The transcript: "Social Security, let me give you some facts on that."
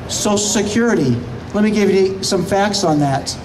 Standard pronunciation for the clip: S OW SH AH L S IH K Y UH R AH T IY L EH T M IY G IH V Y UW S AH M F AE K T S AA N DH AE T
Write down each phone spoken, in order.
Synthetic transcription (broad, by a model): S OW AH S IH K Y UH R AH T IY L EH T M IY G IH V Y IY S AH M F AE K T S N DH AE T